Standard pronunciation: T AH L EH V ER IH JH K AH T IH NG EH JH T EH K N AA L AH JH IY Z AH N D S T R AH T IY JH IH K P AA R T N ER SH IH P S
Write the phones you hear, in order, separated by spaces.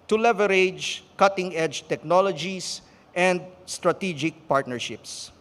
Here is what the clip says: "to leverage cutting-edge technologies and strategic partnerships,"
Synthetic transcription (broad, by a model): T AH L EH V ER IH JH K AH T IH NG EH JH T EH K N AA L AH JH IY S AH N D S T R AH T IY JH IH K P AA R T N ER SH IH P S